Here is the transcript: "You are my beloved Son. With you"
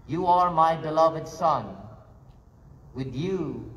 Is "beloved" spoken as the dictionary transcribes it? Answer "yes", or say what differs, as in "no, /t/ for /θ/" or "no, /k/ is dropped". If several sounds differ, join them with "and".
yes